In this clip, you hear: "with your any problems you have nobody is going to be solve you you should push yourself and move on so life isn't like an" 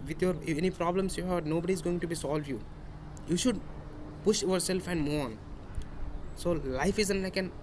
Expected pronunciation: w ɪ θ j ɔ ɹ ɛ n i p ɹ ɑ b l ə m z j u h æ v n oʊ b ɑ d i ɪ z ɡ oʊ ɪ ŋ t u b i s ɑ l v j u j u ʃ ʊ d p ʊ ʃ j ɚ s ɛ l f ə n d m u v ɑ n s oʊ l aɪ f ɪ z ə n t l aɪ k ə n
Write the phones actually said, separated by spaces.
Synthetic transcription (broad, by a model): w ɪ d j ɔ ɹ ɛ n i p ɹ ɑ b l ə m s j u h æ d n oʊ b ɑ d i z ɡ oʊ ɪ ŋ t u b i s ɑ l v j u j u ʃ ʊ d p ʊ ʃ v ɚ s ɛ l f ə n d m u ɑ n s oʊ l aɪ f ɪ z ə n t l aɪ k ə n